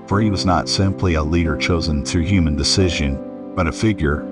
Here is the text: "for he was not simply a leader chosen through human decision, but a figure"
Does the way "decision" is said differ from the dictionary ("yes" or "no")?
no